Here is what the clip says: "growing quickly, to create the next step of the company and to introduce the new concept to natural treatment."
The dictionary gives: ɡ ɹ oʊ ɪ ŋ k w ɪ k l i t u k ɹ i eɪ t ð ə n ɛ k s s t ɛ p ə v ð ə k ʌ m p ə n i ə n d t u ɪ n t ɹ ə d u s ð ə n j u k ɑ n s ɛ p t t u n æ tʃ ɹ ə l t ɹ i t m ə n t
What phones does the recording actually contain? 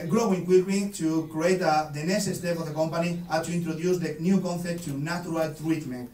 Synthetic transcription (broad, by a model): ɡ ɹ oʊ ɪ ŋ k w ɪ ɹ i t u k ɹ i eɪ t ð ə n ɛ s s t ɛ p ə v ð ə k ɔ m p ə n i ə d t u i n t ɹ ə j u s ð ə n j u k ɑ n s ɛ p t t u n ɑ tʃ ɹ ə l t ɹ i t m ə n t